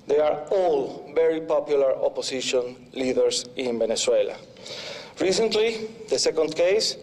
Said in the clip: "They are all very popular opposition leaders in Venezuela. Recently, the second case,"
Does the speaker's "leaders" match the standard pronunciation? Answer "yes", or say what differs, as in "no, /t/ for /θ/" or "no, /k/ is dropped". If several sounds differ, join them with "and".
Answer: no, /s/ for /z/